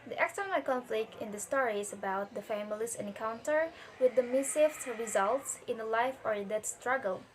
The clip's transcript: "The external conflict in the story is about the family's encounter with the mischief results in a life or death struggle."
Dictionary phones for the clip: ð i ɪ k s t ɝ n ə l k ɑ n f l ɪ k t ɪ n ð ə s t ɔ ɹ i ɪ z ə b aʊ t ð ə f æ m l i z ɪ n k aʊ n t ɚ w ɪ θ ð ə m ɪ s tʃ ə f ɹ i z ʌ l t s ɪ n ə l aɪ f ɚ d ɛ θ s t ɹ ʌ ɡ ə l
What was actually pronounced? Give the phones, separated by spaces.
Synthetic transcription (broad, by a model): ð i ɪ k s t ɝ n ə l k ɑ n f l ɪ k t ɪ n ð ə s t ɔ ɹ i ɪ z ə b aʊ t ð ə f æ m l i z ɪ n k aʊ n t ɚ w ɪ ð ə m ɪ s ə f ɹ i z ʌ l t s ɪ n ə l aɪ f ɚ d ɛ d s t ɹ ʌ ɡ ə l